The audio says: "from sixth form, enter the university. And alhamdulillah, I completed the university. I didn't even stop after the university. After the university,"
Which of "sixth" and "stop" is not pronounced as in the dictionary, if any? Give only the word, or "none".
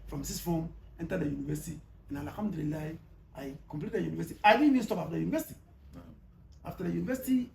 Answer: sixth